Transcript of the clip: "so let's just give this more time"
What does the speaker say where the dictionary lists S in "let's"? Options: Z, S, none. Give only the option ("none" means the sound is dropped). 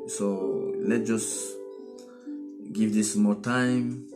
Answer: none